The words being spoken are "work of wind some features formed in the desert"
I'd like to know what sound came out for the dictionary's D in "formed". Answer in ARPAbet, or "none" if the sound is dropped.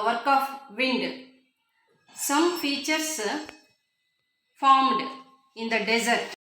D